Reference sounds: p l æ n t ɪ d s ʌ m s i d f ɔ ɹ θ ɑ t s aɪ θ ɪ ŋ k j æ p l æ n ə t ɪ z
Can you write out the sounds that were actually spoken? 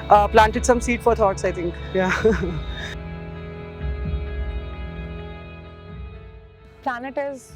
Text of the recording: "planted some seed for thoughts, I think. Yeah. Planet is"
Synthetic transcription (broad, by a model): p l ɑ n t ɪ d s ʌ m s i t f ɔ ɹ t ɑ t s aɪ t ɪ ŋ k j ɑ p l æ n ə t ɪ z